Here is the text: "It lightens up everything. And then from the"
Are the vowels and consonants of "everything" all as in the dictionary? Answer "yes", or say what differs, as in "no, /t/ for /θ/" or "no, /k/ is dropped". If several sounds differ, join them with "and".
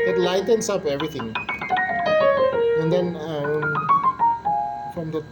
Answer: no, /t/ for /θ/